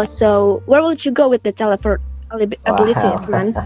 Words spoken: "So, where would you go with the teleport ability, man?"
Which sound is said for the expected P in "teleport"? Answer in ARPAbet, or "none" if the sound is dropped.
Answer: F